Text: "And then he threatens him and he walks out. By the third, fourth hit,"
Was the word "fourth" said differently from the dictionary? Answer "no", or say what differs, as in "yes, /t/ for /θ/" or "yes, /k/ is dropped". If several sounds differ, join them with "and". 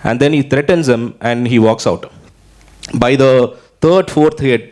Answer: yes, /t/ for /θ/